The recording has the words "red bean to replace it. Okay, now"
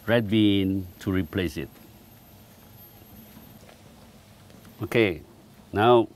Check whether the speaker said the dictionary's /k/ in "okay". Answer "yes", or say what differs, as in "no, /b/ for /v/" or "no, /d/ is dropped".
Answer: yes